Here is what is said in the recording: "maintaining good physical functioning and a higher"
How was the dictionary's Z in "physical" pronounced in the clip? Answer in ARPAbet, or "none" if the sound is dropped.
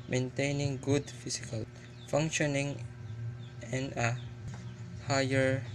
S